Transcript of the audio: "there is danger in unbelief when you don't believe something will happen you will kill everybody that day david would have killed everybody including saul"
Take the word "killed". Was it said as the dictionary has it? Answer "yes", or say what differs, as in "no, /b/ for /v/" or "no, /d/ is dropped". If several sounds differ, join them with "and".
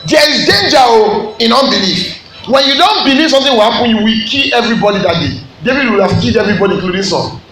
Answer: no, /l/ is dropped